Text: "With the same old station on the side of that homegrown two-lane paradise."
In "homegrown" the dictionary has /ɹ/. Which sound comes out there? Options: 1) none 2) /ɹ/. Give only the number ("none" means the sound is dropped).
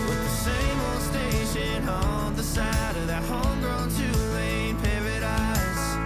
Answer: 2